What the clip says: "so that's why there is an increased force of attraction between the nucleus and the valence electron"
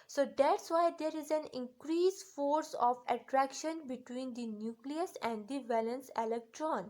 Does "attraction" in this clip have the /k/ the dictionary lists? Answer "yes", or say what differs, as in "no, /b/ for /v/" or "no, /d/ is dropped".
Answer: yes